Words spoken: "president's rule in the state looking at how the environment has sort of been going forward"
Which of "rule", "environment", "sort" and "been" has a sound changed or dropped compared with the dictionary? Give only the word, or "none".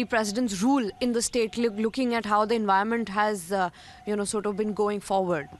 environment